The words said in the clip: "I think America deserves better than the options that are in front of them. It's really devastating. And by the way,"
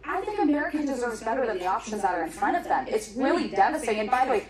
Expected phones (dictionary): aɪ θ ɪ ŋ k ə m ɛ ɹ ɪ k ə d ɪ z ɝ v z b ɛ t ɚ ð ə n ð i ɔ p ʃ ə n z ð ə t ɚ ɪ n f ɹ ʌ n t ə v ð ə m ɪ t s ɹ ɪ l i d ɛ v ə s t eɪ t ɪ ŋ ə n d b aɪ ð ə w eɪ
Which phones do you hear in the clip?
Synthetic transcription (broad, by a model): aɪ θ ɪ ŋ k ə m ɛ ɹ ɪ k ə d ɪ z ɝ v z b ɛ t ɚ ð ə n ð i ɔ p ʃ ə n z ð ə t ɚ ɪ n f ɹ ʌ t ə v ð ə m ɪ t s ɹ ɪ l i d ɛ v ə s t t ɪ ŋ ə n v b aɪ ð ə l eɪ